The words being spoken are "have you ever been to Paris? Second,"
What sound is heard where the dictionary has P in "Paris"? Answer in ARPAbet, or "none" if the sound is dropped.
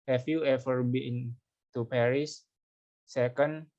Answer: P